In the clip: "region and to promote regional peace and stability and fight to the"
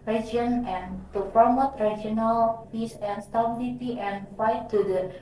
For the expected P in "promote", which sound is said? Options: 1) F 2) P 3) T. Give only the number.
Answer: 1